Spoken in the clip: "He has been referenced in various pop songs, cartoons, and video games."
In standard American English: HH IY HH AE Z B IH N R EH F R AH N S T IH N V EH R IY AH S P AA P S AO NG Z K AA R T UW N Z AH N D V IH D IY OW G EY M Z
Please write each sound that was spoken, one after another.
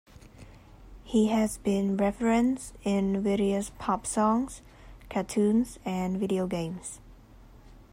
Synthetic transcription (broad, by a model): HH IY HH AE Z B IH N R EH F R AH N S IH N V EH R IY AH S P AA P S AO NG Z K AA T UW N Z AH N V IH D IY OW G EY M Z